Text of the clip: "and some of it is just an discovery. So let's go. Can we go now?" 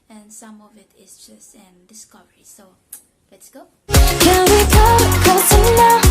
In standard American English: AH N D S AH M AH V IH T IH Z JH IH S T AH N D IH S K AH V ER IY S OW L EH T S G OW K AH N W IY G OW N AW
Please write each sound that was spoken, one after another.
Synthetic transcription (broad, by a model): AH N S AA M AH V IH T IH S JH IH S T AH N D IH S K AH V ER IY S OW L EH T S G OW K AH N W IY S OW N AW